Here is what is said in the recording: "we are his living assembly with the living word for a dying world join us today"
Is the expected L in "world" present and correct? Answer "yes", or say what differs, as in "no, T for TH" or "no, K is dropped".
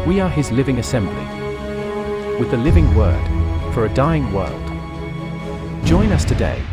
yes